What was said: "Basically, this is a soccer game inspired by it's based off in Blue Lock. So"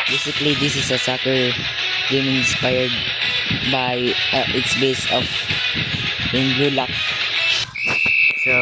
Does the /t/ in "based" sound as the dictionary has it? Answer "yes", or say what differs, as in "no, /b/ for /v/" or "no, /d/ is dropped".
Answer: no, /t/ is dropped